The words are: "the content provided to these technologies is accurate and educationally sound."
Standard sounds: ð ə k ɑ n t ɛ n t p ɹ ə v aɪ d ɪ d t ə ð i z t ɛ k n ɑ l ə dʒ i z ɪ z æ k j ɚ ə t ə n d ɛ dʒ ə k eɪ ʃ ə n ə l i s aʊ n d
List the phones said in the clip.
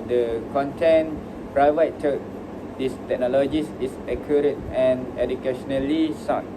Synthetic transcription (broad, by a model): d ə k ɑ n t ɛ n p ɹ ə ɪ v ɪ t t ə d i s t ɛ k n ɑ l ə dʒ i s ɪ s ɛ k j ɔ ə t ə n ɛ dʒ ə k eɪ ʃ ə n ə l i s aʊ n